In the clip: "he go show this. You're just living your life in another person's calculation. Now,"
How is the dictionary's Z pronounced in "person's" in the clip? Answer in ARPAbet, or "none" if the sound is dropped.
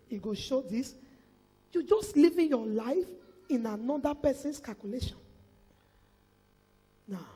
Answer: S